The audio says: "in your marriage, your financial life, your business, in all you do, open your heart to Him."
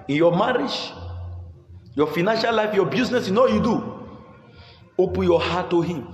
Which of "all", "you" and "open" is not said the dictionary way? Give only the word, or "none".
all